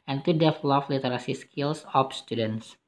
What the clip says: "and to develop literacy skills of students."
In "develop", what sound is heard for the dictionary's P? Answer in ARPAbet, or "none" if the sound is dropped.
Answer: F